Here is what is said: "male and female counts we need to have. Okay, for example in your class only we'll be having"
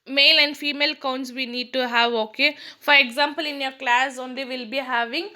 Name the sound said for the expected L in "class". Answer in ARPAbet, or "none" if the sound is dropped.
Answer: L